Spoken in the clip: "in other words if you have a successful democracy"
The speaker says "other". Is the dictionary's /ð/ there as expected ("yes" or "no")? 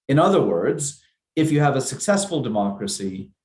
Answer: yes